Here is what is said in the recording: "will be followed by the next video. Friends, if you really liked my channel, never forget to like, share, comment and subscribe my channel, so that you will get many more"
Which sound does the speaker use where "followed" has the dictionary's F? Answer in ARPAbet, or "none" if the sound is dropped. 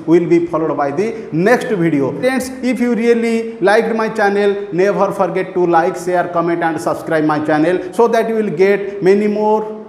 P